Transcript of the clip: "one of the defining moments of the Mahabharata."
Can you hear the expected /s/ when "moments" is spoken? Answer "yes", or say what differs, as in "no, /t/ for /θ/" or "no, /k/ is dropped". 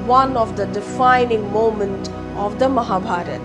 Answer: no, /s/ is dropped